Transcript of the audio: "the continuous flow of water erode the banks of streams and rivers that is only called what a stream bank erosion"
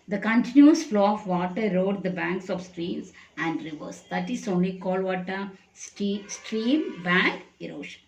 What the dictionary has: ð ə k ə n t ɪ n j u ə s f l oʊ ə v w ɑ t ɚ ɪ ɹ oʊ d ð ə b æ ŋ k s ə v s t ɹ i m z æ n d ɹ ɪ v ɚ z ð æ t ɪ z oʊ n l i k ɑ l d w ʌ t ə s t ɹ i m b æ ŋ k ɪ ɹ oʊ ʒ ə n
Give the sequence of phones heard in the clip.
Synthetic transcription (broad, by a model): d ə k ə n t ɪ n j u ə s f l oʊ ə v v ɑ t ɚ ɹ oʊ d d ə b æ ŋ k s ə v s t ɹ i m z æ n d ɹ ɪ v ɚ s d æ t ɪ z oʊ n l i k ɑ l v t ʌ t ə s t ɹ i m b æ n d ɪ ɹ oʊ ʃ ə n